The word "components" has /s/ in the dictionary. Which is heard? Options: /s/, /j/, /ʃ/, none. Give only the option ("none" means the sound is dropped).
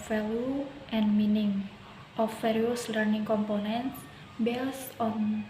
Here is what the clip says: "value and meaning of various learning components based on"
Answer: /s/